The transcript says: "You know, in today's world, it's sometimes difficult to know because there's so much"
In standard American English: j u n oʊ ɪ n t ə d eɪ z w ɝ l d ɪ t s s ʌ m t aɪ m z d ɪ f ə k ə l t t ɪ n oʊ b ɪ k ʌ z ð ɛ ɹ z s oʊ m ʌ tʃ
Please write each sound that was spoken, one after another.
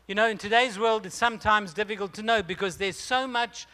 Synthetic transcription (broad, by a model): j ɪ n oʊ ɪ n t ə d eɪ z w ɝ l d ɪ t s s ʌ m t aɪ m z d ɪ f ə k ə l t t ɪ n oʊ b ɪ k ʌ z ð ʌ ɹ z s oʊ m ʌ tʃ